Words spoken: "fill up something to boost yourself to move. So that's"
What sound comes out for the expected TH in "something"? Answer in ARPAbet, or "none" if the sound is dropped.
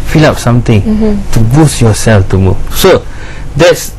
T